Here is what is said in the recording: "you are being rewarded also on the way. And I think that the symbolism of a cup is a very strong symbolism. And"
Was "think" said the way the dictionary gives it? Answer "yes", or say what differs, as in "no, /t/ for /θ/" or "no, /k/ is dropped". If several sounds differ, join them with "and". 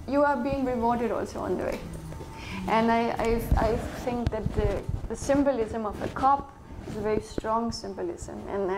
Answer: no, /t/ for /θ/